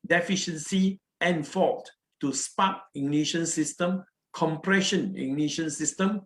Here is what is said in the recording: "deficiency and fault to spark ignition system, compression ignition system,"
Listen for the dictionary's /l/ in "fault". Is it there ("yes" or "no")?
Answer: no